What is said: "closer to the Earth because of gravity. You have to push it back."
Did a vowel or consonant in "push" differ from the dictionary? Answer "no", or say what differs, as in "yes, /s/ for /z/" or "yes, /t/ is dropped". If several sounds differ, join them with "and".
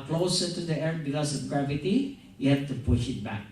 no